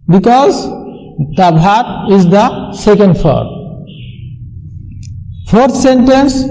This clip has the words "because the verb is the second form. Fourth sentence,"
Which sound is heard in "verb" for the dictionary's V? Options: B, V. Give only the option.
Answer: B